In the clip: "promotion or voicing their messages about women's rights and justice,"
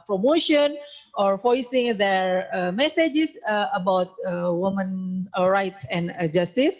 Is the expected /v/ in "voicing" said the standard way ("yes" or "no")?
no